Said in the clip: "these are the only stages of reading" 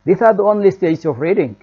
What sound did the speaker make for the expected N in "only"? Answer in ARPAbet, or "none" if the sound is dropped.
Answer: N